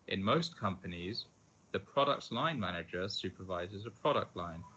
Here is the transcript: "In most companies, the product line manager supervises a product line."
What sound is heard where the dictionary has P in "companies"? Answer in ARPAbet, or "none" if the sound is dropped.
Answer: P